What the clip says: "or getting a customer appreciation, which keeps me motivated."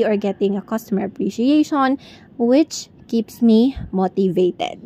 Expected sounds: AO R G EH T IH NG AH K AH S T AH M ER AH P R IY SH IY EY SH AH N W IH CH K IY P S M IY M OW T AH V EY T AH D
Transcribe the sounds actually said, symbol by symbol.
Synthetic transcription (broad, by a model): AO R G EH T IH NG AH K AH S T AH M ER AH P R IY SH IY EY SH AH N W IH CH K IY P S M IY M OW T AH V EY T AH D